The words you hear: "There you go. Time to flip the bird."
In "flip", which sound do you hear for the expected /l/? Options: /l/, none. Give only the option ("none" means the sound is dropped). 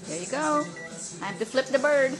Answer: /l/